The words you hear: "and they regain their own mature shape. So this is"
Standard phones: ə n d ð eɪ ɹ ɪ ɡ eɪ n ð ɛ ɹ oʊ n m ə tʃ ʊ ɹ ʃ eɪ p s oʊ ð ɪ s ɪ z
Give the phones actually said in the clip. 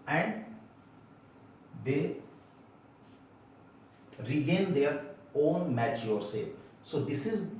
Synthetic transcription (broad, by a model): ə n d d eɪ ɹ ɪ ɡ eɪ n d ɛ ɹ oʊ n m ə tʃ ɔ ɹ s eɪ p s oʊ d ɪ s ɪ z